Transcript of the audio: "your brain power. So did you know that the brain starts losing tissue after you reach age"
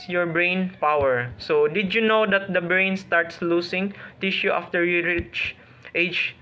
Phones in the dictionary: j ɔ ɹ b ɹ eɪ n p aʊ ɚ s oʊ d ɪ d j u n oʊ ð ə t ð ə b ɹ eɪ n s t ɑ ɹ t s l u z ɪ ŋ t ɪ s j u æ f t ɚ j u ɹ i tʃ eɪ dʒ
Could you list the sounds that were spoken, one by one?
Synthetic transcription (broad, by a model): j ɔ ɹ b ɹ eɪ n p aʊ ɚ s oʊ d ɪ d j u n oʊ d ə t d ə b ɹ eɪ n s t ɑ ɹ t s l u s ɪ ŋ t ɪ ʃ j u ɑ f t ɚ j u ɹ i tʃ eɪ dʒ